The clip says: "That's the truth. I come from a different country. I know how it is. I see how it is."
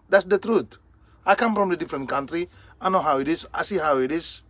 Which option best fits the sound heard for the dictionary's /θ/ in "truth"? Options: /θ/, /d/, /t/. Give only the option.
/t/